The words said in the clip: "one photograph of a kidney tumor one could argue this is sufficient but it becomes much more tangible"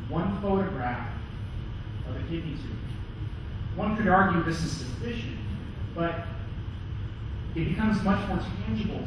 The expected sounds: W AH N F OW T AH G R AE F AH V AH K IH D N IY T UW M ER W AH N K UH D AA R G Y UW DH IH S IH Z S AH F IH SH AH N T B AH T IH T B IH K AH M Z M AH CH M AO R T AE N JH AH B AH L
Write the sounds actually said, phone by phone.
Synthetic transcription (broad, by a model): W AH N F OW T AH G R AE F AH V AH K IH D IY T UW W AH N K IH D AA R G Y UW DH IH S IH Z S AH F IH SH AH N T B AH T IH T B IH K AH M Z M AH CH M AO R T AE N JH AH B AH L